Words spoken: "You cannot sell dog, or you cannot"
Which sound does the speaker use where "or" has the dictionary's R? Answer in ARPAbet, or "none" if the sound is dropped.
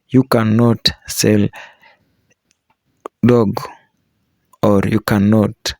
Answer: R